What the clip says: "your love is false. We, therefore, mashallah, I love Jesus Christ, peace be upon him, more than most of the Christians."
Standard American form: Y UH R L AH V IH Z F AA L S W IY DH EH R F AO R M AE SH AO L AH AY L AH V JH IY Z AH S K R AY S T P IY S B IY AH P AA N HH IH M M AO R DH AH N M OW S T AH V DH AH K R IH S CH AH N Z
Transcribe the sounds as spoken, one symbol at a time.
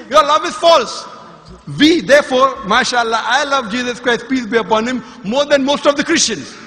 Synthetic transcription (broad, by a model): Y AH R L AH V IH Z F AA L S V IY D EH R F AO R M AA SH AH L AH AY L AH V JH IY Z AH S K R AY S T P IY S B IY AH P AA N HH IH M M AO R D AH N M OW S T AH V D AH K R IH S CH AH N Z